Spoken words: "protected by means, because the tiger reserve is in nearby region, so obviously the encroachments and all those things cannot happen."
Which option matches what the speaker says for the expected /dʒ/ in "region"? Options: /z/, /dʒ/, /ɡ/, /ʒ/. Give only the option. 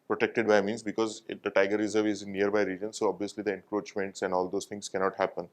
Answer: /dʒ/